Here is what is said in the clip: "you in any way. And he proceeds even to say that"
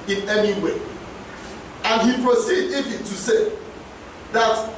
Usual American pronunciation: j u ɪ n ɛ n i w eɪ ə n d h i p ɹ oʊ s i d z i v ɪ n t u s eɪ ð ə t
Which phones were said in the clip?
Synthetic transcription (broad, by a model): ɪ n ɛ n i w eɪ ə n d h i p ɹ oʊ s i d i f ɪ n t u s eɪ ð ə t